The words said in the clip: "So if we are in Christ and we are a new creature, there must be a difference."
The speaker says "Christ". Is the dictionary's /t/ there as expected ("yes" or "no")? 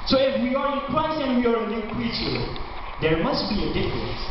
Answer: no